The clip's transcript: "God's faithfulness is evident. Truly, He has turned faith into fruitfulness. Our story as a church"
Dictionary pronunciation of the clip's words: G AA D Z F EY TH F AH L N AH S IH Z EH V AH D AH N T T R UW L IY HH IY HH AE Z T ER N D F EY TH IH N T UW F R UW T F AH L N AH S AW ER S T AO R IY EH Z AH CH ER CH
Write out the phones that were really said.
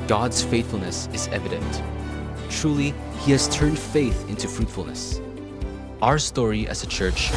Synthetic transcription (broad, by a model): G AA D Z F EY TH F L N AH S IH Z EH V AH D AH N T T R UW L IY HH IY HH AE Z T ER N D F EY TH IH N T UW F R UW T F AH L N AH S AW ER S T AO R IY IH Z AH CH ER CH